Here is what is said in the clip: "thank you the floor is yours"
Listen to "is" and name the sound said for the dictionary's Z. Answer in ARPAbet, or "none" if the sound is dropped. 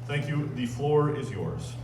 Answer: Z